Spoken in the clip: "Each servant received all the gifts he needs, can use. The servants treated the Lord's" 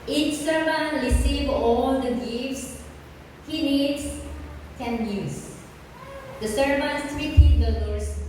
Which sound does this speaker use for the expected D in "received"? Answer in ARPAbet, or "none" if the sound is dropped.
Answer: none